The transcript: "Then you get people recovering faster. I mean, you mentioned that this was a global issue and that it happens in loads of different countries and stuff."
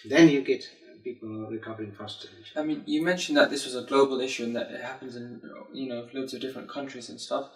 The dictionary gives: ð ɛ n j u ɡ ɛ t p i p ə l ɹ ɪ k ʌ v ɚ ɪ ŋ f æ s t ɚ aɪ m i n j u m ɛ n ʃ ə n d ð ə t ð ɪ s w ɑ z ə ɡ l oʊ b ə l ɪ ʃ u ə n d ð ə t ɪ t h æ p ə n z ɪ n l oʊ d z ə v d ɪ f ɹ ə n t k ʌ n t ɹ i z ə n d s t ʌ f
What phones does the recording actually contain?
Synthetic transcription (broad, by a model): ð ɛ n j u ɡ ɛ t p i p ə l ɹ ɪ k ʌ v ɚ ɪ ŋ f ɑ s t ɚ aɪ m i n j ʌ m ɛ n ʃ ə n ð ə t ð ɪ s w ɑ z ə ɡ l oʊ b ə l ɪ ʃ u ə n ð ə t ɪ t h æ p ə n z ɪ n n oʊ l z ə v d ɪ f ɹ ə n k ʌ n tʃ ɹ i z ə n s t ʌ f